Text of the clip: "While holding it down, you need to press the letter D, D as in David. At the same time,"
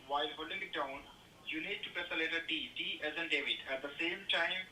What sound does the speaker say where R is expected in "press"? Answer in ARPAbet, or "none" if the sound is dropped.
none